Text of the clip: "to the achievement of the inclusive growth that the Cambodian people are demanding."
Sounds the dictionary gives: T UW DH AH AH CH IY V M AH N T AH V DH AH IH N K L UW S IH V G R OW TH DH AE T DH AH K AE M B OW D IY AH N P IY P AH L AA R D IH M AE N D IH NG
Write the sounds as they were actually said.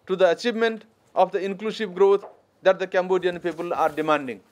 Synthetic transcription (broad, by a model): T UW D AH AH CH IY V M AH N T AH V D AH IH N K L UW S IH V G R OW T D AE T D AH K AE M B OW D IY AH N P IY P AH L AA R D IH M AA N D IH NG